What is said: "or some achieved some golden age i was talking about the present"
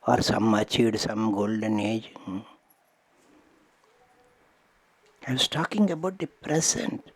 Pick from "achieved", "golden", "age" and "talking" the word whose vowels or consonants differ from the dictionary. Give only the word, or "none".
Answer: achieved